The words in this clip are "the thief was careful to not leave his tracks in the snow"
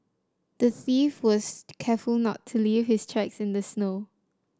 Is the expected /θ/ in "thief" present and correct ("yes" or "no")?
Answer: yes